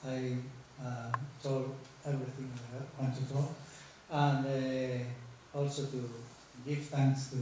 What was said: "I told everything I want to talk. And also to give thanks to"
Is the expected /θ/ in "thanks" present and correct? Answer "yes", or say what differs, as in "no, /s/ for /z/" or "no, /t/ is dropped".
no, /t/ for /θ/